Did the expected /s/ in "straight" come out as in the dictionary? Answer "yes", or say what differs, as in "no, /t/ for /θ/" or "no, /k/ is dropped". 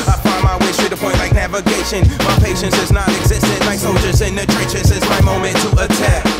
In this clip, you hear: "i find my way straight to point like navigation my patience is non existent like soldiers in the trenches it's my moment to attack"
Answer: no, /ʃ/ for /s/